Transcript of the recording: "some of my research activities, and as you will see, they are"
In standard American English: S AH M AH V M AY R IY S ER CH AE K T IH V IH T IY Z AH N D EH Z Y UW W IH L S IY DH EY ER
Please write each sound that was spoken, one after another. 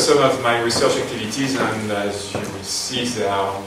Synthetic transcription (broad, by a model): S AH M AH V M AY R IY S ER CH AE K T IH V IH T IY Z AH N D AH Z Y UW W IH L S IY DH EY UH